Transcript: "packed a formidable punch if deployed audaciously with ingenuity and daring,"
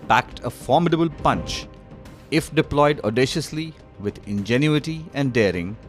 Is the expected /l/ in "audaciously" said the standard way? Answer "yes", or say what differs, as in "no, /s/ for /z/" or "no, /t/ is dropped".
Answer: yes